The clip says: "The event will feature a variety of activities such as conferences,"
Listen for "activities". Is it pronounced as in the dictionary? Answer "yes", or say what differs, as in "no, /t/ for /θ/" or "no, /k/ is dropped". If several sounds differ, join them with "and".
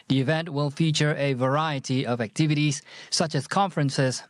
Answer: yes